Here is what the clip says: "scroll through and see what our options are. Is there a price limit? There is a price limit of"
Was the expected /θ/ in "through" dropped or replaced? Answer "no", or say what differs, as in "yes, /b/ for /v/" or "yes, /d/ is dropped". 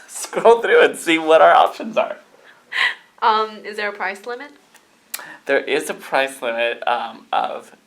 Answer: no